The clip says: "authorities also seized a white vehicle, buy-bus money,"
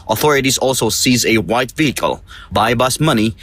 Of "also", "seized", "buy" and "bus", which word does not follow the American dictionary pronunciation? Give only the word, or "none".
seized